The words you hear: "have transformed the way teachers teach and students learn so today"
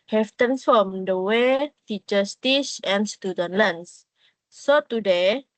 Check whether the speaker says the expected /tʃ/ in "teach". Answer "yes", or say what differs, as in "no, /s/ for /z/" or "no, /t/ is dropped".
no, /s/ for /tʃ/